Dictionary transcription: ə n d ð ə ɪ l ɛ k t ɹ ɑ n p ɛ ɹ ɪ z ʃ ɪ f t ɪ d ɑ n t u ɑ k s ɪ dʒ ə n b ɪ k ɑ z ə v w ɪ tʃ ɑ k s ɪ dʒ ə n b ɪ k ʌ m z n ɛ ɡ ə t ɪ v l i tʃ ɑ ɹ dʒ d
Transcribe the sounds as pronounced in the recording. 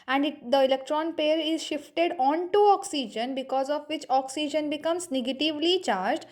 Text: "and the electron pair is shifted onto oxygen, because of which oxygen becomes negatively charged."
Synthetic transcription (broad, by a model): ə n d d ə ɪ l ɛ k t ɹ ɑ n p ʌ ɹ ɪ z ʃ ɪ f t ɪ d ɑ n t u ɑ k s ɪ dʒ ə n b ɪ k ɑ z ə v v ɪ tʃ ɑ k s ɪ dʒ ə n b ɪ k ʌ m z n ɛ ɡ ə t ɪ v l i tʃ ɑ ɹ dʒ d